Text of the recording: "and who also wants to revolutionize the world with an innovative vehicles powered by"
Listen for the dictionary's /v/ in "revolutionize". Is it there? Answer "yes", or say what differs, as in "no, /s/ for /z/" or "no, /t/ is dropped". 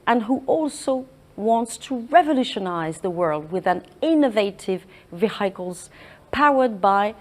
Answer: yes